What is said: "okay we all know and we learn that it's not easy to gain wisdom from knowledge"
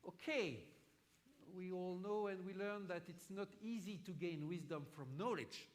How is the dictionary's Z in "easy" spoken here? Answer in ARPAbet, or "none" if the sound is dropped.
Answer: Z